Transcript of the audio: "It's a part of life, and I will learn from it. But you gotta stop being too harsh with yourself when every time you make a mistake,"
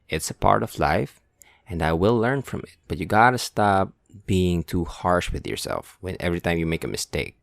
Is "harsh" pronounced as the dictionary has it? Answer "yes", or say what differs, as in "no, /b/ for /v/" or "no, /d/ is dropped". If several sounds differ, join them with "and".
yes